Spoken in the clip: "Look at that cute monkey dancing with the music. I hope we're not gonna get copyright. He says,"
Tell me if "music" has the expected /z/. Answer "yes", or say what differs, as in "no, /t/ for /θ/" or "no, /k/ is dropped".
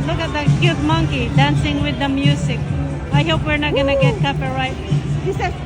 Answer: no, /s/ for /z/